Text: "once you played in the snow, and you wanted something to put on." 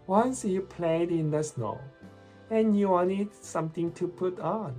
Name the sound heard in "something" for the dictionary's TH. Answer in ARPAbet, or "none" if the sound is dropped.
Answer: T